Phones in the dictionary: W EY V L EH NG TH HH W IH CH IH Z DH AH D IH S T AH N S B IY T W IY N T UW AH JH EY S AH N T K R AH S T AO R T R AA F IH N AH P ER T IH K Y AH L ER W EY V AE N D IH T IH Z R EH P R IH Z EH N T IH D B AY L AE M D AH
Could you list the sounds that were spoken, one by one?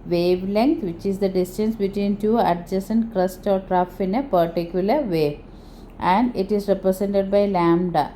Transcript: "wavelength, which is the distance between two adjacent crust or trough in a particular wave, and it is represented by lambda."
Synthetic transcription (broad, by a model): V EY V L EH NG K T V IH CH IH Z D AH D IH S T AH N S B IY T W IY N T UW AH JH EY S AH N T K R AH S T AO R T R AA F IH N AH P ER T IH K Y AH L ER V EY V AE N D IH T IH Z R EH P R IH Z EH N T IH D B AY L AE M D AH